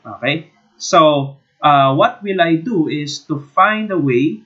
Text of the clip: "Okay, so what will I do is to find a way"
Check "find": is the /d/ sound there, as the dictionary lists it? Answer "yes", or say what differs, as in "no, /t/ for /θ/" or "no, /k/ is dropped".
yes